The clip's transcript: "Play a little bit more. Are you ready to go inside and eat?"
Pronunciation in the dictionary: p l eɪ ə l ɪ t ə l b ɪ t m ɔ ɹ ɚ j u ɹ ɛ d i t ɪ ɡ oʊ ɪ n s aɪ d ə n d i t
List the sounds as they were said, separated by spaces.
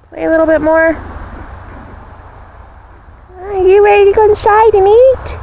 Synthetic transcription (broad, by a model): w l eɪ ə l ɪ t l b ɪ t m ɔ ɹ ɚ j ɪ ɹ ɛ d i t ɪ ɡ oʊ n ʃ aɪ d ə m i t